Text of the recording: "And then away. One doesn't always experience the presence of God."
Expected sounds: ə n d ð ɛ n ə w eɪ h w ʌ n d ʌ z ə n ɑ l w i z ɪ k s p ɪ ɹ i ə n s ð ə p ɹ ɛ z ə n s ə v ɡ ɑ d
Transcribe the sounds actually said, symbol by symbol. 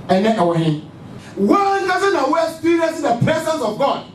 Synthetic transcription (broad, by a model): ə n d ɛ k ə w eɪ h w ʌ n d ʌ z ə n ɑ w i ɪ k s p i ɹ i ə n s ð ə p ɹ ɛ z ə n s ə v ɡ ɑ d